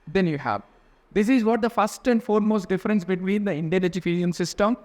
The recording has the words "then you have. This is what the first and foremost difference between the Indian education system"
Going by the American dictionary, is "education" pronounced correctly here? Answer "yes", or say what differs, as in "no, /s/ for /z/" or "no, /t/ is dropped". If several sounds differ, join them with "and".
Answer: no, /ʃ/ is dropped